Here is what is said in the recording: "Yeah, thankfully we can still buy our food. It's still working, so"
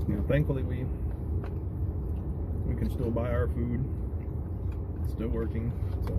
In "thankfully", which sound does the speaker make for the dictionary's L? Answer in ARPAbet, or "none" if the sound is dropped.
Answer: W